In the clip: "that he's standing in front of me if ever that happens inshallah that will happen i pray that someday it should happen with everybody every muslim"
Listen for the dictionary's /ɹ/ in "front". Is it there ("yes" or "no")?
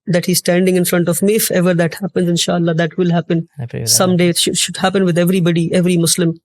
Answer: yes